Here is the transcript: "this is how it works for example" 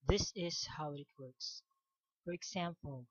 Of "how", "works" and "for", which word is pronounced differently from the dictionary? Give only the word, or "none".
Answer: none